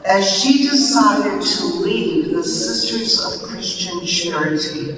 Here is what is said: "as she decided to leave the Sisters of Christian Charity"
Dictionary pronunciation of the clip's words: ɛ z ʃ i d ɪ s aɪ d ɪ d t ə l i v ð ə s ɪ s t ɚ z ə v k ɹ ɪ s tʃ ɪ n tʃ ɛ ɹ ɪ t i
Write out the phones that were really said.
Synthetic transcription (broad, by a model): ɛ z ʃ i d ɪ s aɪ d ɪ d t ə l i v ð ə s ɪ s t ɚ z ə v k ɹ ɪ s tʃ ɪ n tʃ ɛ ɹ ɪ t i